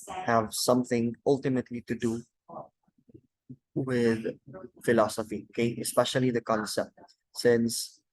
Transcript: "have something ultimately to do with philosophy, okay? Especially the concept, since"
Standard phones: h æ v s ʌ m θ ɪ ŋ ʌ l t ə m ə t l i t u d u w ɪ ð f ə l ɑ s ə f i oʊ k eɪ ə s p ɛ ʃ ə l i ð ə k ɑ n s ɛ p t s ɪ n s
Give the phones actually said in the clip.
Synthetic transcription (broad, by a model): h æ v s ʌ m θ ɪ ŋ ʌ l t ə m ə t l i t u d u w ɪ ð f ə l ɑ s ə f i oʊ k eɪ ə s p ɛ ʃ ə l i ð ə k ɑ n s ɛ p t s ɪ n s